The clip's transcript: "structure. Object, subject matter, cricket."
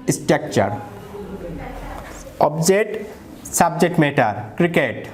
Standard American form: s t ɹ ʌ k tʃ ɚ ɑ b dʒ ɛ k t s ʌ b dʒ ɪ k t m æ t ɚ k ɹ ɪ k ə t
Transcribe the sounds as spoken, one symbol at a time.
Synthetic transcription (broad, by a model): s t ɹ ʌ k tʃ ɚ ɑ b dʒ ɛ t s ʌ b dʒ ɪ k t m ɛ t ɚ k ɹ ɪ k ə t